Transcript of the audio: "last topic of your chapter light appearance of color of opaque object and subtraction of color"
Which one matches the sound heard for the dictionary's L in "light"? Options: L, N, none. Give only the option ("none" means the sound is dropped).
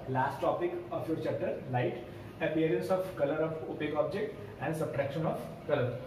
L